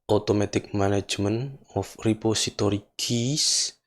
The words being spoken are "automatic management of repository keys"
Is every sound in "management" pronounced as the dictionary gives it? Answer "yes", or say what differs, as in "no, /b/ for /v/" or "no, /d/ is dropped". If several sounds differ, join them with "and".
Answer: no, /t/ is dropped